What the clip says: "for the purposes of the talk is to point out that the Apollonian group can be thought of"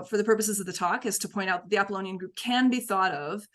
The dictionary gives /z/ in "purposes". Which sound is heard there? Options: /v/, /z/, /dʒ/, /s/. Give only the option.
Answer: /z/